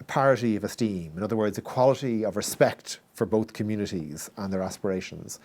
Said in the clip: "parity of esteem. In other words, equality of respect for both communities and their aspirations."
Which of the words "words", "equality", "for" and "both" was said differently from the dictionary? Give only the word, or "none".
none